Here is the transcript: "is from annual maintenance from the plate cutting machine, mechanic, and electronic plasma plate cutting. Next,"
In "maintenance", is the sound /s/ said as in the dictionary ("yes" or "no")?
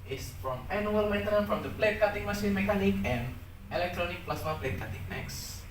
no